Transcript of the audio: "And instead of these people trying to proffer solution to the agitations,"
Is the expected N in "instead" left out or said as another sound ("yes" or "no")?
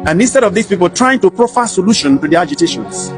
no